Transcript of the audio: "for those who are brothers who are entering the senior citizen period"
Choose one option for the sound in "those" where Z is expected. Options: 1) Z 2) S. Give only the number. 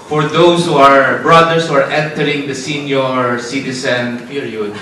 2